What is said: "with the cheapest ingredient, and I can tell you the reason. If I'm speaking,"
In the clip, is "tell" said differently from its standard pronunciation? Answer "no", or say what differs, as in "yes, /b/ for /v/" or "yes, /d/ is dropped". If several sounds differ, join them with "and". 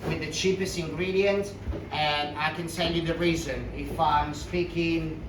yes, /s/ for /t/